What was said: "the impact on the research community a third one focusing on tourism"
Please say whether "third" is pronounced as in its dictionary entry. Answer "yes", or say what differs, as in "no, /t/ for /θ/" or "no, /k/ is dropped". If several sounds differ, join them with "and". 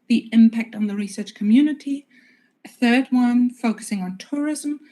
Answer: yes